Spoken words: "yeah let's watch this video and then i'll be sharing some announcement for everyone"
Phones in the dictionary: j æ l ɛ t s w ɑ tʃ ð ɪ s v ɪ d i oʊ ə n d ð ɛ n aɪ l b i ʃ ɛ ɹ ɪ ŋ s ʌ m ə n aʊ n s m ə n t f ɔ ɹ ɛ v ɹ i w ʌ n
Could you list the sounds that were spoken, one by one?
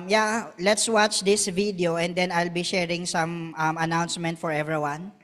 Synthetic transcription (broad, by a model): j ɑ l ɛ t s w ɑ tʃ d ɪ s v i d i oʊ ə n d ɛ n aɪ l b i ʃ ɛ ɹ ɪ ŋ s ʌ m ə n aʊ n s m ə n t f ɔ ɹ ɛ v ɹ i w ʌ n